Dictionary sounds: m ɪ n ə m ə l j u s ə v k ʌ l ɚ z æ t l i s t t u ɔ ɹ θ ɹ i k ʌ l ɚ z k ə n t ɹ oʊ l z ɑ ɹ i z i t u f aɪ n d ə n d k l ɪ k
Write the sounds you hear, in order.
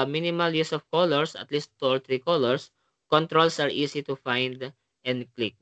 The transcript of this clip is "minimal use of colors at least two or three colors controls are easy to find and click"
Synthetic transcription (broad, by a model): m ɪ n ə m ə l j u s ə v k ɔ l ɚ s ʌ t l i s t t u ɔ ɹ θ ɹ i k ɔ l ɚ s k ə n t ɹ oʊ l s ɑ ɹ i s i t u f aɪ n d ə n d k l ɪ k